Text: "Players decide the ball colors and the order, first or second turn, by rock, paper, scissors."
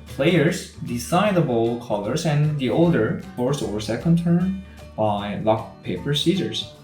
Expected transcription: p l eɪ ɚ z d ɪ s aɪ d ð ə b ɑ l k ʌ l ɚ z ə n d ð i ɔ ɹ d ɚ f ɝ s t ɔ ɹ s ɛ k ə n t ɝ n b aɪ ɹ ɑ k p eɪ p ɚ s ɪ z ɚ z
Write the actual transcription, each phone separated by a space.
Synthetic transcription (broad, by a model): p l eɪ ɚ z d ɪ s aɪ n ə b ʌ l k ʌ l ɚ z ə n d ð i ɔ l d ɚ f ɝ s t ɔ ɹ s ɛ k ə n t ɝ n b aɪ l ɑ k p eɪ p ɚ s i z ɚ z